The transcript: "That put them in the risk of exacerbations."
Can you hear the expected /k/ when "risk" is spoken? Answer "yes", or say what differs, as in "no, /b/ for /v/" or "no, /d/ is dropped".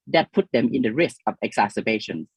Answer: yes